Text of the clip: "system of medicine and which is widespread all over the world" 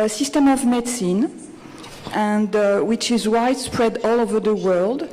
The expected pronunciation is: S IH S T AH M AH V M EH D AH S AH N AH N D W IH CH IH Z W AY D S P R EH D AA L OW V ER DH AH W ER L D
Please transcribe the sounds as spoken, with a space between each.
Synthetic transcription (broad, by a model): S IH S T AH M AH V M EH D S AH N AH N D W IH CH IH Z W AY D S P R EH D AA L OW V ER DH AH W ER L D